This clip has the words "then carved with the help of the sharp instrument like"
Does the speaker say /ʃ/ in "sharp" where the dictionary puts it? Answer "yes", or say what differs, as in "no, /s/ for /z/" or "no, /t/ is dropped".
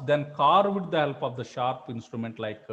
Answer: yes